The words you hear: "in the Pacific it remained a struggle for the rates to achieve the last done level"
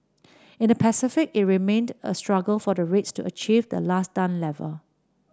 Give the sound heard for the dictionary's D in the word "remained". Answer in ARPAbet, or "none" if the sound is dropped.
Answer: D